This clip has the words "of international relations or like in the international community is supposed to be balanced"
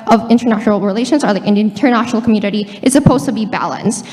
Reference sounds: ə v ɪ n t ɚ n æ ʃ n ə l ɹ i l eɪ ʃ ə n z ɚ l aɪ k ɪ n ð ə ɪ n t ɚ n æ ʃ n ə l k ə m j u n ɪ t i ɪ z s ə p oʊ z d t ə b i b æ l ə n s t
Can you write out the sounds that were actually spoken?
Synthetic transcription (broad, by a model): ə v ɪ n t ɚ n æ ʃ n l ɹ i l eɪ ʃ ə n z ɚ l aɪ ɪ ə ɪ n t ɚ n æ ʃ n l k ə m j u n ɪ t i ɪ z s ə p oʊ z t ə b i b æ l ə n s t